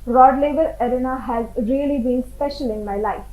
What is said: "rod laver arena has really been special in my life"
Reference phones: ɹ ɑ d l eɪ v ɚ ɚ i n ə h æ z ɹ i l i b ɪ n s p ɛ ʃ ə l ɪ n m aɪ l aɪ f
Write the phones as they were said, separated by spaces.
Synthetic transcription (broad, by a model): ɹ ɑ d l eɪ v ɚ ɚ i n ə h æ z ɹ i l i b ɪ n s p ɛ ʃ ə l ɪ n m aɪ l aɪ f